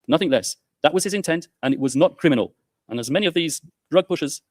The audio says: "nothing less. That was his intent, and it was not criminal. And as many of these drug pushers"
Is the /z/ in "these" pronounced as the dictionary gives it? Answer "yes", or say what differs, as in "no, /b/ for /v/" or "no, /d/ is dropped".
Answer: yes